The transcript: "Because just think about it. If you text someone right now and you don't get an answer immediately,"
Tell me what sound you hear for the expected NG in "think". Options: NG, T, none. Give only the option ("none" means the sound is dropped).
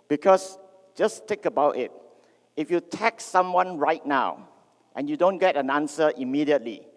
none